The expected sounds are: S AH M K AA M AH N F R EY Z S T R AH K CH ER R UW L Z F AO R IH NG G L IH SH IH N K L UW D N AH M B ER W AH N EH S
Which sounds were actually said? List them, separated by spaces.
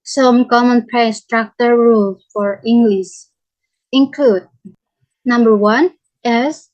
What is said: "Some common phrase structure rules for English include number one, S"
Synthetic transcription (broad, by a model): S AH M K AA M AH N P R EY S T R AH K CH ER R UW L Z F AO R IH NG G L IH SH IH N K L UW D N AH M B ER W AH N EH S